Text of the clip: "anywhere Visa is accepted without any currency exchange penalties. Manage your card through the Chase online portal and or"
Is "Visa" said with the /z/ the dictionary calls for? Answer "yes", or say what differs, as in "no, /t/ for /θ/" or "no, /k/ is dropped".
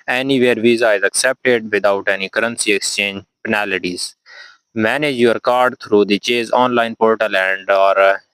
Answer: yes